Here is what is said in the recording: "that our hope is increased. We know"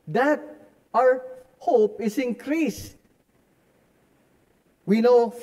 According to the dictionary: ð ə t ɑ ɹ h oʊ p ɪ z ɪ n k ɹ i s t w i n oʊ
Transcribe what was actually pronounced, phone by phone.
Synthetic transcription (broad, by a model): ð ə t ɑ ɹ h oʊ p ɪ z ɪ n k ɹ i s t w i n oʊ